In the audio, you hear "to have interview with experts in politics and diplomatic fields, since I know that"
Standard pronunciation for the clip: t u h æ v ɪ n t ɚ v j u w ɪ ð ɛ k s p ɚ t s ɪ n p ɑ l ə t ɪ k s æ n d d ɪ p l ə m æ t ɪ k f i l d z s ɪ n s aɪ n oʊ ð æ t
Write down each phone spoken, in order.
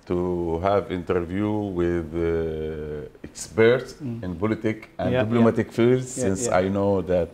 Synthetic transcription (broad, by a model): t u h æ v ɪ n t ɚ v j u w ɪ ð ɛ k s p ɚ t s ɪ n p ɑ l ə t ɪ k æ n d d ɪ b l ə m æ t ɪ k f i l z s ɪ n s aɪ n oʊ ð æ t